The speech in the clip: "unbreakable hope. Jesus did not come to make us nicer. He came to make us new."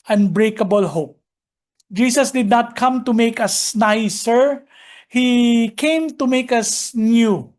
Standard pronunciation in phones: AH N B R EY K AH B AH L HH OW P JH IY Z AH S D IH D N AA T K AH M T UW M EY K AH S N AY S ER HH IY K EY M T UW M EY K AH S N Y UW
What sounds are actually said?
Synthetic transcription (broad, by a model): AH N B R EY K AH B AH L HH OW P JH IY S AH S D IH D N AA T K AH M T UW M EY K AH S N AY S ER HH IY K EY M T UW M EY K AH S N Y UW